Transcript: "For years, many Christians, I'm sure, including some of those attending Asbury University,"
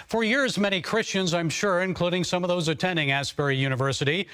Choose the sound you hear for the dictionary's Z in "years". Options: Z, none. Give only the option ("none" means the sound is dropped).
Z